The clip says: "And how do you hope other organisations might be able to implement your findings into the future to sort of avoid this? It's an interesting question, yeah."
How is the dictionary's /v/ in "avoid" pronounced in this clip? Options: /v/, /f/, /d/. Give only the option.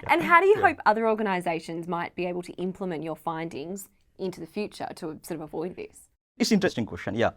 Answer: /v/